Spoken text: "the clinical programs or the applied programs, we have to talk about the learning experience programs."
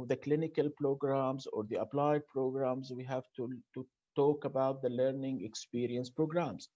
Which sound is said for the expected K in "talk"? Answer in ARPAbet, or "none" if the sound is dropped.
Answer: K